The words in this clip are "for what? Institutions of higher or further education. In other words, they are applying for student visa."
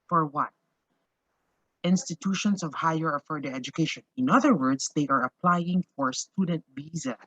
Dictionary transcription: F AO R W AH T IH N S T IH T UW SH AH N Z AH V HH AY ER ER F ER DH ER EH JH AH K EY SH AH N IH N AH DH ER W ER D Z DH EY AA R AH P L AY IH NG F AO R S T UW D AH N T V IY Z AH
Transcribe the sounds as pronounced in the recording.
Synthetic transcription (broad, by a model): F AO R W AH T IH N S T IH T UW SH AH N S AH V HH AY ER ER F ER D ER EH JH AH K EY SH AH N IH N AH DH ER W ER D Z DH EY AA R AH P L AY IH NG F AO R S T UW D AH N T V IY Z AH